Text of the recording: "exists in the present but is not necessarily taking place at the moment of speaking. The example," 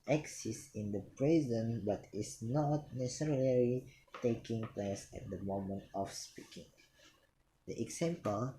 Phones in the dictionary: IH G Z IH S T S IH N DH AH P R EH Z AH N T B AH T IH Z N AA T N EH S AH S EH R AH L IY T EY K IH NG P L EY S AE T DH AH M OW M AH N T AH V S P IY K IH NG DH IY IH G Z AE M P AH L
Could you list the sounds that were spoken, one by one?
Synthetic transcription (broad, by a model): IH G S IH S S IH N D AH P R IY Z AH N B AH T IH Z N AA T N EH S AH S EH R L IY T EY K IH NG P L EY S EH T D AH M OW M AH N T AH F S P IY K IH NG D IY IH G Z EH M P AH L